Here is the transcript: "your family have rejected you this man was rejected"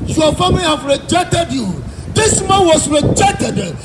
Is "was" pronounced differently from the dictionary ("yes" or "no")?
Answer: yes